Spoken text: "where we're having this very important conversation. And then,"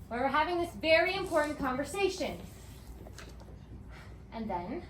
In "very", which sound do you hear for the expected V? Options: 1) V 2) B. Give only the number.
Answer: 1